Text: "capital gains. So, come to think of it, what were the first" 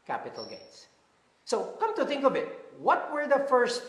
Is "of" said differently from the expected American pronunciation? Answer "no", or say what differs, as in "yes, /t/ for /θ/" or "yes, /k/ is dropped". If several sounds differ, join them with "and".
yes, /b/ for /v/